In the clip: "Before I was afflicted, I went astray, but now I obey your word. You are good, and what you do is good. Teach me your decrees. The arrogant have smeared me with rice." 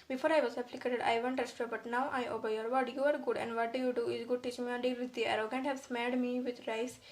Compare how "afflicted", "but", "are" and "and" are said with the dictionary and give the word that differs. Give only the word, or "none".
afflicted